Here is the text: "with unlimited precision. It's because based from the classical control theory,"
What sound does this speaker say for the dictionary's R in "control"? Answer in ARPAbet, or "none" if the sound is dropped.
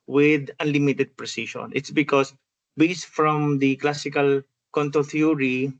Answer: none